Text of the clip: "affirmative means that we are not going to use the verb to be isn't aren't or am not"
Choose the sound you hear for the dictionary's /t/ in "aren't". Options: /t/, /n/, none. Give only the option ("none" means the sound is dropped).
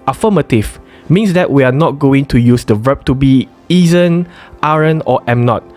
none